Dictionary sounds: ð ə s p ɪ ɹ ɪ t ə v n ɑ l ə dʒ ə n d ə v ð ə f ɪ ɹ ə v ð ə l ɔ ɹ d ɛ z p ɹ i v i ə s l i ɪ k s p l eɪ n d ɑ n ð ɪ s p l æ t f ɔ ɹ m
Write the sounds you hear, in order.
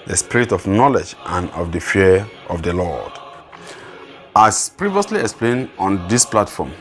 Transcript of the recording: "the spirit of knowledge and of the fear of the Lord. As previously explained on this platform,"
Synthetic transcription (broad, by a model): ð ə s p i ɹ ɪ t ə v n ɑ l ə dʒ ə n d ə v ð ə f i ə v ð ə l ɔ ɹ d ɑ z p ɹ i v i ə s l i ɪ k s p l eɪ n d ɑ n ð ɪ s p l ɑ t f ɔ m